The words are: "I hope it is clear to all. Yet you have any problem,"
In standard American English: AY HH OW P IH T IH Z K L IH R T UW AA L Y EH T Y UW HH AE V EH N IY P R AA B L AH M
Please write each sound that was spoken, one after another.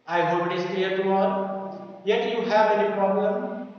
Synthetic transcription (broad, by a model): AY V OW B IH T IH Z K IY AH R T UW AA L Y EH T Y UW HH AE V EH N IY P R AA B L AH M